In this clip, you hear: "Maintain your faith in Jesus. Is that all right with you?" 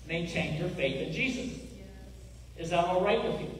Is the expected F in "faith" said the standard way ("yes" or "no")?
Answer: yes